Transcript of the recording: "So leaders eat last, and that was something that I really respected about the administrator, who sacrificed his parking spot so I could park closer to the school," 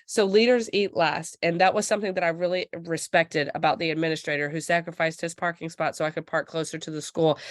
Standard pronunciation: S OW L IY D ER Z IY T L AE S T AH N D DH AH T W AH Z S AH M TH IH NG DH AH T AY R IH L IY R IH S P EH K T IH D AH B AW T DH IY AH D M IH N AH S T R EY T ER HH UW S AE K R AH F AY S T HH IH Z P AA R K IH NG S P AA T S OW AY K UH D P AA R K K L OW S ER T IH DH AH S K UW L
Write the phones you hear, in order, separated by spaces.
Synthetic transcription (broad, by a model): S OW L IY D ER Z IY T L AE S T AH N DH AH T W AH Z S AH M TH IH NG DH AH T AY R IH L IY R IH S P EH K T IH D AH B AW T DH IY AH D M IH N AH S T R EY T ER HH UW S AE K R AH F AY S T HH IH Z P AA R K IH NG S P AA T S OW AY K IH D P AA R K K L OW S ER T IH DH AH S K UW L